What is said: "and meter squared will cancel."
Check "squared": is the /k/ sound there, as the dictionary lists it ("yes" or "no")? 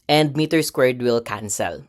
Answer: yes